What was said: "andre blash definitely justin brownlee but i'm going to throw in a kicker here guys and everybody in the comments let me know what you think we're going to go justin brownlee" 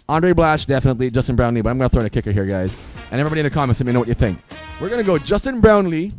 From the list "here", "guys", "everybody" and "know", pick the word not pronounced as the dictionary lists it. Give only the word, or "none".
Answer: everybody